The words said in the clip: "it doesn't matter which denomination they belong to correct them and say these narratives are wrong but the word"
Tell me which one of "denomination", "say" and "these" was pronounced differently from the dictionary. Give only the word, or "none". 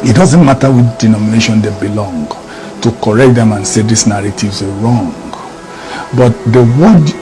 these